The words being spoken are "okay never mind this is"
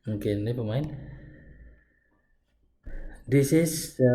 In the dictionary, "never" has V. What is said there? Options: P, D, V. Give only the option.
P